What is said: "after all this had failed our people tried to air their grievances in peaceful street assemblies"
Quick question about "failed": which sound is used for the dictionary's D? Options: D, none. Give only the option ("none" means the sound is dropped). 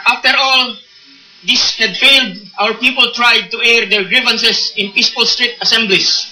D